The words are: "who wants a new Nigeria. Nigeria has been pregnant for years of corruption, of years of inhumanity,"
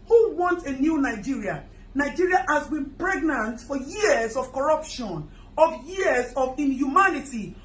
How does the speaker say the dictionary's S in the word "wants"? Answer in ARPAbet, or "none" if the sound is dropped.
none